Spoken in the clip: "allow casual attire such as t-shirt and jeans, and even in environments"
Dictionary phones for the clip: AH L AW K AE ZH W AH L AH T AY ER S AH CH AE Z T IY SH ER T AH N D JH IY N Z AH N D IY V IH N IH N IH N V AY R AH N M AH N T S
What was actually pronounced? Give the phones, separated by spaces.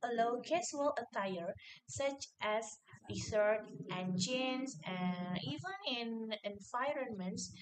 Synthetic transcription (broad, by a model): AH L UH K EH S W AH L AH T AY ER S AH CH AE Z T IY S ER T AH N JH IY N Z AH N IY V IH N IH N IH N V AY R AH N M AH N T S